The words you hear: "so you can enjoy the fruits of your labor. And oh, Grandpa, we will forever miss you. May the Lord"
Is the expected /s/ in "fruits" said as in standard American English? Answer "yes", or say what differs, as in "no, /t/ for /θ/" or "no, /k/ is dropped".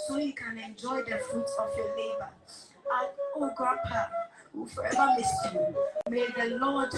no, /s/ is dropped